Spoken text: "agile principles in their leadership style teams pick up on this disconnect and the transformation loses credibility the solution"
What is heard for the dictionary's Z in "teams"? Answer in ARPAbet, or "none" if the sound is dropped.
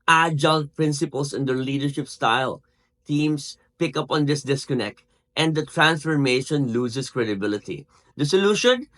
S